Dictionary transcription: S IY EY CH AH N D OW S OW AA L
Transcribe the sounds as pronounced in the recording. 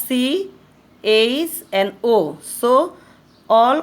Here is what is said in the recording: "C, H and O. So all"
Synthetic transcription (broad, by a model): S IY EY S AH N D OW S OW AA L